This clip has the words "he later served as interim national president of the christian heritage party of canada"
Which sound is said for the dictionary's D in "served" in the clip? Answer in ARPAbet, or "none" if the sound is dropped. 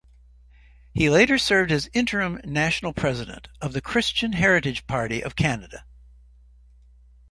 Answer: D